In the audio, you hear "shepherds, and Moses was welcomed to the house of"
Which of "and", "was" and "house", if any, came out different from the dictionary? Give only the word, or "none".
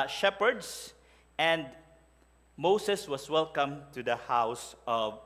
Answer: was